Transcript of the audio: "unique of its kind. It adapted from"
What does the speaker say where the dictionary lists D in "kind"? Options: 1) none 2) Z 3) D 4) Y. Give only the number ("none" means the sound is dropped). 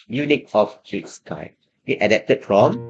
1